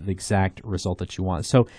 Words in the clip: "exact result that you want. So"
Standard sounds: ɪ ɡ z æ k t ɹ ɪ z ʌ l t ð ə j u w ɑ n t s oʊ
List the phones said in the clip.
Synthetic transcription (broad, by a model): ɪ ɡ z æ k t ɹ ɪ z ʌ l t ð ə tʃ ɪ w ɑ n t s oʊ